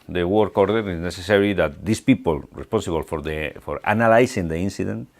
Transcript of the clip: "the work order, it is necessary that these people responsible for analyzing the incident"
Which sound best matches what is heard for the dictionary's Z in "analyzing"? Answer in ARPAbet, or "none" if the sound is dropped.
S